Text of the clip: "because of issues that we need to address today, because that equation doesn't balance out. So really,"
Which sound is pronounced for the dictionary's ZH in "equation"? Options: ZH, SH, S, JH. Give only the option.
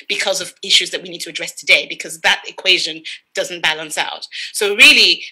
ZH